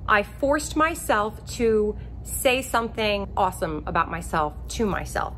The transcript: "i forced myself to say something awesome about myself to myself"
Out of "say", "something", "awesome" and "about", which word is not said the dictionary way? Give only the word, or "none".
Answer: none